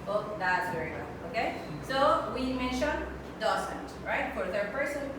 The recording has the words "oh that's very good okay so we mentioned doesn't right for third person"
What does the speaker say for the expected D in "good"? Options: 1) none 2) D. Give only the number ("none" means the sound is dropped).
1